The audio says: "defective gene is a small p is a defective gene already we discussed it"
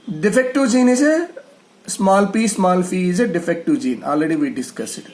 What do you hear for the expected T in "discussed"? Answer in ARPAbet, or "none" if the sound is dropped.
none